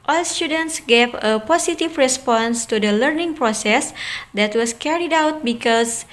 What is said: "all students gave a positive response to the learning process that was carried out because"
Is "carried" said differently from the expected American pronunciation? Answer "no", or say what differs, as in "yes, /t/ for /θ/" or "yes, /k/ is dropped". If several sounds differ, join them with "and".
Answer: no